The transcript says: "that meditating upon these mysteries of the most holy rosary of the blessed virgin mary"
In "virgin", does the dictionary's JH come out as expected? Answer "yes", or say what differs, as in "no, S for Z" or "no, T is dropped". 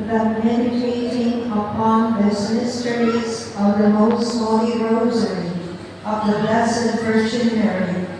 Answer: no, CH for JH